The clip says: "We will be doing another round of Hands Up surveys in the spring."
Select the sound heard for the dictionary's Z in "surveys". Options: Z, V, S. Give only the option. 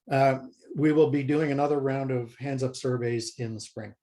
Z